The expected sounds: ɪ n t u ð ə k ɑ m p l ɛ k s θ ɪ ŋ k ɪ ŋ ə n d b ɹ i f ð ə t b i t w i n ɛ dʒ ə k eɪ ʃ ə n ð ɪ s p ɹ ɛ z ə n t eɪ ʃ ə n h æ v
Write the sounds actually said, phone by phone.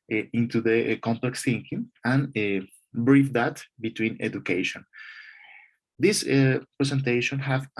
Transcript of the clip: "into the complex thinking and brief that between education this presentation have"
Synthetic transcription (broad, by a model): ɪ n t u ð ə k ɑ m p l ɛ k s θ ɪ ŋ k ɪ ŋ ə n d b ɹ i f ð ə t b i t w i n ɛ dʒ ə k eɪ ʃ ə n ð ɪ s p ɹ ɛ s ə n t eɪ ʃ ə n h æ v